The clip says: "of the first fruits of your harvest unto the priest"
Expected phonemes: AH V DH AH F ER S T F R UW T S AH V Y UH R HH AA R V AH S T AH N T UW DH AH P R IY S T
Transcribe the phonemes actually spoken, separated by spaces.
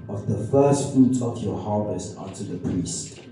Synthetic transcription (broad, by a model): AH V DH AH F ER S T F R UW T AH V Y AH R HH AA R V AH S T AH T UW DH AH P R IY S T